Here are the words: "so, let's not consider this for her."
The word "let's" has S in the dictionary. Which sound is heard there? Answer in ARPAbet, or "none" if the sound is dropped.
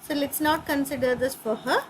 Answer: S